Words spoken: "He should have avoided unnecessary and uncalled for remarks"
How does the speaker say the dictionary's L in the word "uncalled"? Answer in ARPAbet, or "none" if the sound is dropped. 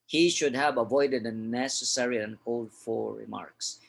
L